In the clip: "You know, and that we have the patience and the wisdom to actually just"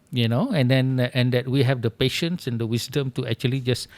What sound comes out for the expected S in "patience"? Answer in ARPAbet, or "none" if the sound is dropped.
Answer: S